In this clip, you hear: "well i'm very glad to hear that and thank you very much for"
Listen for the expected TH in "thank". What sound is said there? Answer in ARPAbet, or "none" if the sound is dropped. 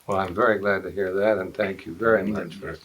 TH